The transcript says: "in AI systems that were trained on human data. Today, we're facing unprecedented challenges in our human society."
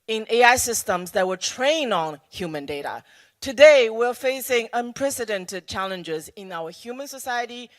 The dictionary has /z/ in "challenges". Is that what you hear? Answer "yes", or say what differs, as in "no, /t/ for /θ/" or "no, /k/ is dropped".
yes